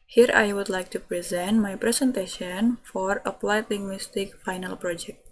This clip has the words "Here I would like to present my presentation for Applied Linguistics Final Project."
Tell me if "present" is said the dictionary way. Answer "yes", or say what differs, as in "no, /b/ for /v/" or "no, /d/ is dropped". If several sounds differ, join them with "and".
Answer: yes